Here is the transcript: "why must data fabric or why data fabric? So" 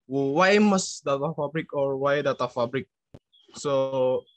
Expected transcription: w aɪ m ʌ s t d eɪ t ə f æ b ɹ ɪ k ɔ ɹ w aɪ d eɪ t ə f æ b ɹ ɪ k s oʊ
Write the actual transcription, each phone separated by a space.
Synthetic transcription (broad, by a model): w aɪ m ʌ s d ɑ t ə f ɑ b ɹ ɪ k ɔ ɹ w aɪ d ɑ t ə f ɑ b ɹ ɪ k s oʊ